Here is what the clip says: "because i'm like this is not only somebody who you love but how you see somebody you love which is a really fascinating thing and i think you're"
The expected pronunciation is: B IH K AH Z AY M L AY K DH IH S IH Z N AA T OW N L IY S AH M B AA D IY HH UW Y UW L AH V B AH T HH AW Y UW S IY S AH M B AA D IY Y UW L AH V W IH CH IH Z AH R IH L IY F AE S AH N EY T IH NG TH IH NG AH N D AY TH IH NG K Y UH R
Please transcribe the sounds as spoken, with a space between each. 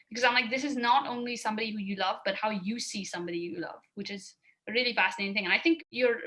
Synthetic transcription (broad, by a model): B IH K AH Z AY M L AY K DH IH S IH Z N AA T OW N L IY S AH M B AA D IY HH UW Y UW L AH V B AH T HH AW Y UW S IY S AH M B AA D IY Y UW L AH V W IH CH IH Z AH R IH L IY F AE S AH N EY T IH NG TH IH NG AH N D AY TH IH NG K Y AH R